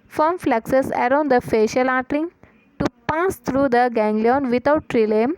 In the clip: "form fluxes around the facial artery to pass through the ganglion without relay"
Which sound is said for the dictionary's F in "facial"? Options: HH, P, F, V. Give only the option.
F